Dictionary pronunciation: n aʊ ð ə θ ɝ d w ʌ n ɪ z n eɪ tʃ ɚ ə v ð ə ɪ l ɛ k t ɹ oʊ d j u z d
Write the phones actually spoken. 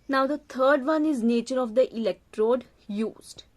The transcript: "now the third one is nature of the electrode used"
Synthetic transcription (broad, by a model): n aʊ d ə t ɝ d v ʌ n ɪ z n eɪ tʃ ɚ ə v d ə ɪ l ɛ k t ɹ oʊ d j u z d